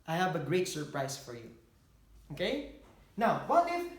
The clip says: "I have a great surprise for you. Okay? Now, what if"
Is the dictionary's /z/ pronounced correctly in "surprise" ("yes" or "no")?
no